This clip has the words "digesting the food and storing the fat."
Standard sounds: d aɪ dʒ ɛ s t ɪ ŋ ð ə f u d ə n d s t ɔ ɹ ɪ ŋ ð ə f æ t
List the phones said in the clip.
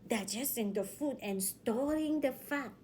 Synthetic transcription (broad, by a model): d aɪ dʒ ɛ s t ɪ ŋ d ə f u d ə n s t ɔ l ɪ ŋ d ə f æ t